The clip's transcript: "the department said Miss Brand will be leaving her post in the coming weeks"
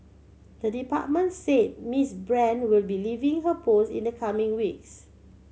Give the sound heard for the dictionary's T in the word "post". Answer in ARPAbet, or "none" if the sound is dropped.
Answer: none